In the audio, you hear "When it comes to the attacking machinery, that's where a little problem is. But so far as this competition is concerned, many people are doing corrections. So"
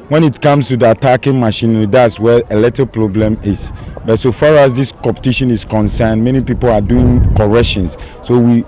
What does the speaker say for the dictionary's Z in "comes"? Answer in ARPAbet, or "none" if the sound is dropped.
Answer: S